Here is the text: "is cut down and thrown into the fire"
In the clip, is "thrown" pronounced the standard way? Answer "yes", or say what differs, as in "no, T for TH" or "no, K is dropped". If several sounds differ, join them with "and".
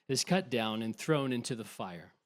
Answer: yes